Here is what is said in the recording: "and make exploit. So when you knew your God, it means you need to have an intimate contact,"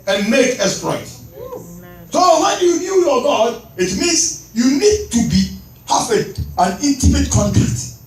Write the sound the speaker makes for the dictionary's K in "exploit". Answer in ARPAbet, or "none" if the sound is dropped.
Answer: none